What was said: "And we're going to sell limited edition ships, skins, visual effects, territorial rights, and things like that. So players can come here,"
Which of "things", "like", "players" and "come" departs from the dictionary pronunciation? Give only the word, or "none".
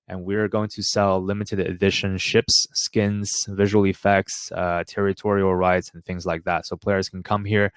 none